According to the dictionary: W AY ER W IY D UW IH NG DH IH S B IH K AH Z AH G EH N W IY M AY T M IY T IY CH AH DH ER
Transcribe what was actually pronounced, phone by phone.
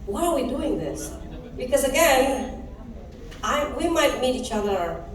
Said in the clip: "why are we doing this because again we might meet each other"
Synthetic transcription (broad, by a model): W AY ER W IY D UW IH NG DH IH S B IH K AH Z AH G EH N W IY M AY T M IY T IY CH AH DH ER